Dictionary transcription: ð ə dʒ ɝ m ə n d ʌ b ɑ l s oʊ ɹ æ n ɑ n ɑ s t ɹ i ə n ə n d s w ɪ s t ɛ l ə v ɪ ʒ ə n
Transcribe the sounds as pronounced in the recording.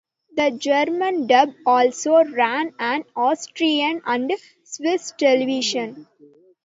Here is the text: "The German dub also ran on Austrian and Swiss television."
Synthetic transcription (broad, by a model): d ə dʒ ɝ m ə n d ʌ b ɑ l s oʊ ɹ æ n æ n ɑ s t ɹ i ə n ə n d s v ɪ s t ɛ l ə v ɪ ʃ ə n